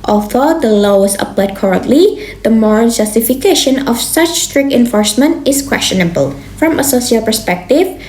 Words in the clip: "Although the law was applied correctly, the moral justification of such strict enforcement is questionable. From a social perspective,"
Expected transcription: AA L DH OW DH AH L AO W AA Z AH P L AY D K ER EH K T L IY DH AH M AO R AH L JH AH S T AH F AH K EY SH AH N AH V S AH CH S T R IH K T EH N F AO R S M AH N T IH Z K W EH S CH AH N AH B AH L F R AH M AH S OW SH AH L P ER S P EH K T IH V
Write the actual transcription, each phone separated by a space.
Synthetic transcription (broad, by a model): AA L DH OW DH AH L AO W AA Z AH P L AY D K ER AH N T L IY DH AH M AO R AH L JH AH S T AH F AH K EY SH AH N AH F S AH CH S T R IH K T EH N F AO R S M AH N T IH S K W EH S CH AH N AH B AH L F R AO M AH S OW S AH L P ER S P EH K T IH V